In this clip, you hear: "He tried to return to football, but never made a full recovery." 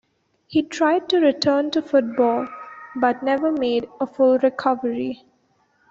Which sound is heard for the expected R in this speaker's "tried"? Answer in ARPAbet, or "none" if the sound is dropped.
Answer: R